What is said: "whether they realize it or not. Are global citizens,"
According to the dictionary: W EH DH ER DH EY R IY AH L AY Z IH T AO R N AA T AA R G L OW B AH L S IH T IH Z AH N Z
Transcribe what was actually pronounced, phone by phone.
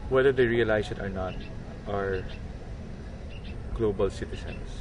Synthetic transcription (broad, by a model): W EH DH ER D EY R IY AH L AY S IH T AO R N AA T AA R G L OW B AH L S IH T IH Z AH N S